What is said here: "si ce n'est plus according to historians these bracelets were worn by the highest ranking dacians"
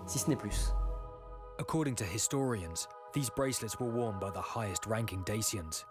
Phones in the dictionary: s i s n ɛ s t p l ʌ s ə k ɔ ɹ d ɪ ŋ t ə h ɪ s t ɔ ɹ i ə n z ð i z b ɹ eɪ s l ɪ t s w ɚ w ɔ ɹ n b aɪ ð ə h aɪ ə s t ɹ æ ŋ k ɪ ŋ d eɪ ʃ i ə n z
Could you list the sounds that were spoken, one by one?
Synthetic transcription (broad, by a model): s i s n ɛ p l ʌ s ə k ɔ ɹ d ɪ ŋ t ə h ɪ s t ɔ ɹ i ə n z ð i z b ɹ eɪ s l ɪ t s w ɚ w ɔ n b aɪ ð ə h aɪ ə s t ɹ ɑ ŋ k ɪ ŋ d eɪ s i ə n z